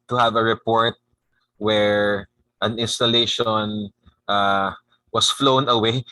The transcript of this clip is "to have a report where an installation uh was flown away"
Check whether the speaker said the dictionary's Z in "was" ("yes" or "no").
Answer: no